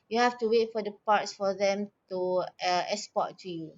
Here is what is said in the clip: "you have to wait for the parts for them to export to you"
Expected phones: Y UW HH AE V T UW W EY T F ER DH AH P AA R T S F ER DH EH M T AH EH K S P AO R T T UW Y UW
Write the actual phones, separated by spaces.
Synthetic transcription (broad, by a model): Y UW HH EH F T UW W EY T F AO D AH P AA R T S F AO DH EH M T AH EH S P AO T T UW Y UW